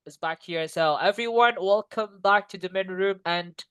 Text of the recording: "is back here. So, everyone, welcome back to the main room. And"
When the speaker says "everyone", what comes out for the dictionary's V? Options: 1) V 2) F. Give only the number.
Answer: 1